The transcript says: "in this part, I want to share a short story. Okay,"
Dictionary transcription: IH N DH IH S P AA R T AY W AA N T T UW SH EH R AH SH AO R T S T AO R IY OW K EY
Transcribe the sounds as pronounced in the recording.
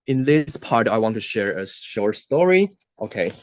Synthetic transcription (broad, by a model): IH N DH IH S P AA R T AY W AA N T T UW SH EH R AH SH AO R T S T AO R IY OW K EY